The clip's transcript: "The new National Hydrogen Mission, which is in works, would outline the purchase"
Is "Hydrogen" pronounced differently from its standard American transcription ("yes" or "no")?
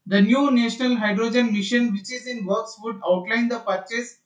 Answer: no